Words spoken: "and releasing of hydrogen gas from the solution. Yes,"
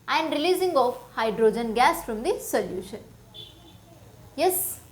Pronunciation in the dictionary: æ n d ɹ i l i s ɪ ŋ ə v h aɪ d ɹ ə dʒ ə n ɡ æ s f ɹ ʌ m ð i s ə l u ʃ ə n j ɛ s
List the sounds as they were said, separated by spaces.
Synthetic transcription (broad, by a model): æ n d ɹ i l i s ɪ ŋ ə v h aɪ d ɹ ə dʒ ə n ɡ æ s f ɹ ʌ m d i s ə l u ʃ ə n j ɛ s